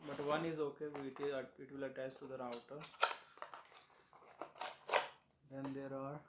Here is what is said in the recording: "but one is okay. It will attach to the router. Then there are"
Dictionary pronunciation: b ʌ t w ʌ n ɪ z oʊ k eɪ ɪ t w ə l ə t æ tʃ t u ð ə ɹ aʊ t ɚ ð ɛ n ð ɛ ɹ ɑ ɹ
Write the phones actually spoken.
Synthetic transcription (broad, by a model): b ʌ t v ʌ n ɪ z oʊ k eɪ ɪ t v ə l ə t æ s t u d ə ɹ aʊ t ɚ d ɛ n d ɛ ɹ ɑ ɹ